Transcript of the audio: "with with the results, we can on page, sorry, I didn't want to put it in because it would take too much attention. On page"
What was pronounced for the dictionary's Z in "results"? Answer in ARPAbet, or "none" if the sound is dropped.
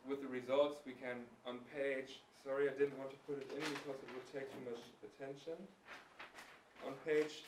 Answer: Z